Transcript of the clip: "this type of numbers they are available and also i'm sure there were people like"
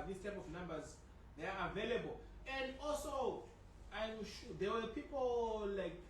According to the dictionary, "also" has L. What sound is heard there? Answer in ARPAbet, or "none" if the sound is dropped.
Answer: L